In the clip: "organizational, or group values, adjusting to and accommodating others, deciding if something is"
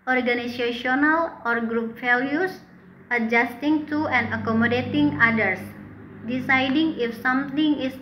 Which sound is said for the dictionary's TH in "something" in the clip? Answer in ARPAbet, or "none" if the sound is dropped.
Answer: T